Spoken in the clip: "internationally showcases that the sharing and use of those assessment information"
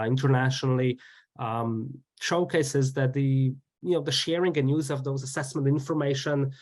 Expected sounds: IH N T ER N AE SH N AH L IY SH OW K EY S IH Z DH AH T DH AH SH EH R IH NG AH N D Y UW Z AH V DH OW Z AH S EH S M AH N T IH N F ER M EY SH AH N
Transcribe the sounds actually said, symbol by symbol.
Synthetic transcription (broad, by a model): IH N T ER N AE SH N L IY SH OW K EY S IH Z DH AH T DH AH SH EH R IH NG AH N Y UW Z AH V DH OW Z AH S EH S M AH N T IH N F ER M EY SH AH N